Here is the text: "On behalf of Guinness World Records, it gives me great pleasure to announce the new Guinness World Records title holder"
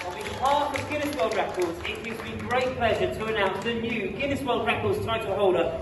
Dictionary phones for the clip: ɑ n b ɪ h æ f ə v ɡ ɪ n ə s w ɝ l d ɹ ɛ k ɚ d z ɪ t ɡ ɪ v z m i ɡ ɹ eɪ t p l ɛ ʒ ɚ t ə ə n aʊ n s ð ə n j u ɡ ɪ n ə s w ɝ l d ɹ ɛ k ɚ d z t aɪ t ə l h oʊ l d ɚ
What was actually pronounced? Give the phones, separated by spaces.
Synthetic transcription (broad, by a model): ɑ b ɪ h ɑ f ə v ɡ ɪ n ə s w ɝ l d ɹ ɛ k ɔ d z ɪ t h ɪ z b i ɡ ɹ eɪ t p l ɛ ʒ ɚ t ə ə n aʊ n s ð ə n j u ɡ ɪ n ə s w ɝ l d ɹ ɛ k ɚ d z t aɪ t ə h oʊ l d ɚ